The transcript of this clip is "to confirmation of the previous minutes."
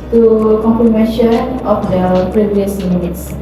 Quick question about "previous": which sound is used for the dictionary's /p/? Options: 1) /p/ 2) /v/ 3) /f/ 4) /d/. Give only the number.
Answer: 1